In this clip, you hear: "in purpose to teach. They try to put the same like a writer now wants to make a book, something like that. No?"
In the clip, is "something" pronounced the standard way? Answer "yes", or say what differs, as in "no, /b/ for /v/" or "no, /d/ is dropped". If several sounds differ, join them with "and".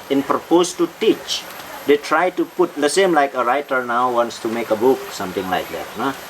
no, /t/ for /θ/